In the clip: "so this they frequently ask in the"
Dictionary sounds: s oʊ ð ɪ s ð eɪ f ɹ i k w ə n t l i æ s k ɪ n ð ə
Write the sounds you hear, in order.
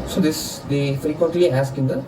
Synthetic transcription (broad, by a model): s oʊ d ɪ s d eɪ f ɹ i k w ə n t l i æ s k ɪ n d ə